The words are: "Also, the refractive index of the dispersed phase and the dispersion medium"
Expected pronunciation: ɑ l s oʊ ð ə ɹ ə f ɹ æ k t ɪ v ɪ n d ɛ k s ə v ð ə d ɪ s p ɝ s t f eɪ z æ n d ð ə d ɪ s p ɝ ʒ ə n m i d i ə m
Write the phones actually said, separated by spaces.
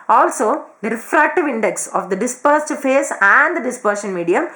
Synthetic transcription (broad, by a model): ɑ l s oʊ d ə ɹ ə f ɹ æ k t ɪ v ɪ n d ɛ k s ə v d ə d ɪ s p ɝ s t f eɪ s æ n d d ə d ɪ s p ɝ ʃ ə n m i d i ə m